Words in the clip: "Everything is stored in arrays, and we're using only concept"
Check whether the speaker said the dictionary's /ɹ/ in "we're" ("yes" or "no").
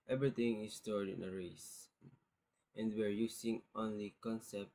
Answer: yes